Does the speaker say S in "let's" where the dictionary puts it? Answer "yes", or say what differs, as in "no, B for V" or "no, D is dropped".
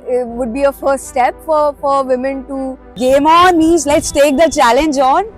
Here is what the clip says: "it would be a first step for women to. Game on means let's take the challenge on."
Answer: yes